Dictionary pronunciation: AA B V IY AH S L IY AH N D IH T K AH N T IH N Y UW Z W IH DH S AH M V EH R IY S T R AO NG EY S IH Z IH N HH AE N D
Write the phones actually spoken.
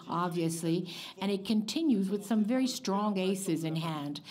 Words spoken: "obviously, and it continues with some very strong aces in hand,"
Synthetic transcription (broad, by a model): AA B V IY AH S L IY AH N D IH T K AH N T IH N Y UW Z W IH DH S AH M V EH R IY S T R AO NG EY S IH Z IH N HH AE N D